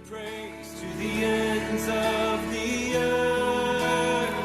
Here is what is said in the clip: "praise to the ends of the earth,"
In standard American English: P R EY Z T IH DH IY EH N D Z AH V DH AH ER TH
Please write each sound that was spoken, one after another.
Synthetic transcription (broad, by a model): R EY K T IH DH IY EH N D Z AH V DH AH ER